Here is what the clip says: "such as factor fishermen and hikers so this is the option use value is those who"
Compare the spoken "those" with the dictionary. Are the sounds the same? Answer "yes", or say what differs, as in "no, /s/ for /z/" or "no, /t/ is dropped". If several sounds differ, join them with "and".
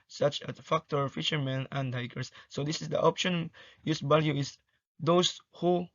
no, /s/ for /z/